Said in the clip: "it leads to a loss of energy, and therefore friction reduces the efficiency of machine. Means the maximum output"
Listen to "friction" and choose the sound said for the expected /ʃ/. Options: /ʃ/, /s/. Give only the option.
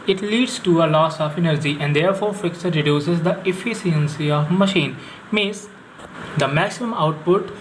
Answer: /s/